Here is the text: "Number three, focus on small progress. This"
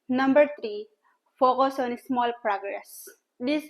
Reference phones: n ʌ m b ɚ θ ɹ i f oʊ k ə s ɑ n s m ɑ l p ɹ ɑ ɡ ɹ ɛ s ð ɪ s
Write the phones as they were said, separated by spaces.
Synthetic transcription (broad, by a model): n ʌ m b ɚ t ɹ i f oʊ k ə s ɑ n s m ɑ l p ɹ ɑ ɡ ɹ ɛ s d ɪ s